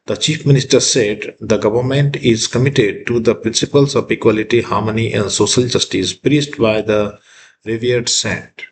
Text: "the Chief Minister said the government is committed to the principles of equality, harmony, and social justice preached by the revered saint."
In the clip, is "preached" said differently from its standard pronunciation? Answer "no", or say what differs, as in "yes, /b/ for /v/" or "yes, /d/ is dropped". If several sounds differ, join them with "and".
yes, /s/ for /tʃ/